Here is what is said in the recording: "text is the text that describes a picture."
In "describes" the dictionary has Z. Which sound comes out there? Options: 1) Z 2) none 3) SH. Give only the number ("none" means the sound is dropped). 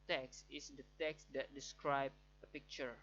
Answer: 2